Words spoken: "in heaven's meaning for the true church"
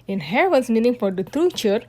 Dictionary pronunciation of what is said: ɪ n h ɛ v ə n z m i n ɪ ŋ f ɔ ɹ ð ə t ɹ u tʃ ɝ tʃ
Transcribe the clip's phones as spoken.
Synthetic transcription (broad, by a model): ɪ n h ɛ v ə z m i n ɪ ŋ f ɔ ɹ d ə t ɹ u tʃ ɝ